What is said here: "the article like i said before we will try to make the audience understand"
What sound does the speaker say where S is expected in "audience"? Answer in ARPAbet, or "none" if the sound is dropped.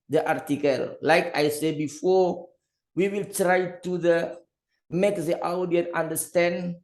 none